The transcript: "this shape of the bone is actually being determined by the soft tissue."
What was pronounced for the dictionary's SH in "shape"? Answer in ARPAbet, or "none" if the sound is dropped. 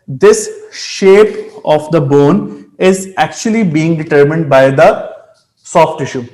SH